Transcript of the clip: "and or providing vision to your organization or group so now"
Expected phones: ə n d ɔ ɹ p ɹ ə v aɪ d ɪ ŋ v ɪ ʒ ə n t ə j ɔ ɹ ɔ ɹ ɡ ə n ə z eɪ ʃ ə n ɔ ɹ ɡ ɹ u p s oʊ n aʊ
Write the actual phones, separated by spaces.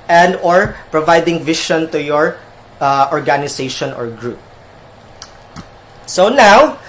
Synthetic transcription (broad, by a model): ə n d ɔ ɹ p ɹ ə v aɪ d ɪ ŋ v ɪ ʃ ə n t ə j ɔ ɹ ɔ ɹ ɡ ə n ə s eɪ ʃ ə n ɔ ɹ ɡ ɹ u p s oʊ n aʊ